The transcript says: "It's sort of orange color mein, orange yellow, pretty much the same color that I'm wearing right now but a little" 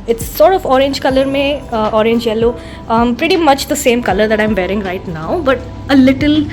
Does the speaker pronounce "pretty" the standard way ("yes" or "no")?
yes